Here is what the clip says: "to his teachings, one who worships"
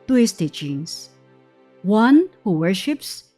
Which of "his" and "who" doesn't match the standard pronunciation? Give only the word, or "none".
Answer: his